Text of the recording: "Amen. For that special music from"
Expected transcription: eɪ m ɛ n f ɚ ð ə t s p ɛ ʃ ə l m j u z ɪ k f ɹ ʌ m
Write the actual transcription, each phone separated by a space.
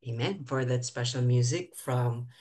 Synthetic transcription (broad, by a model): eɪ m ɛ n f ɚ ð ə t s p ɛ ʃ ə l m j u z ɪ k f ɹ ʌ m